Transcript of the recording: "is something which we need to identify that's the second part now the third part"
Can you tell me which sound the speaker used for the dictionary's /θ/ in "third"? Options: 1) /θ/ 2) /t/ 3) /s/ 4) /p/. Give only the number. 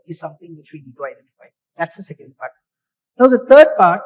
2